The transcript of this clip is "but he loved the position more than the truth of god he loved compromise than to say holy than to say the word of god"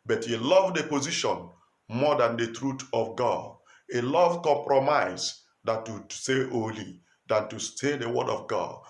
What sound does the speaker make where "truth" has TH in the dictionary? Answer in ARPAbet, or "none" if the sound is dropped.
T